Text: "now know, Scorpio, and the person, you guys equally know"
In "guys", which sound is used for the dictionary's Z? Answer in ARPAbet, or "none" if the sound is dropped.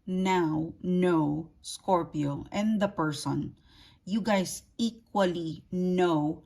S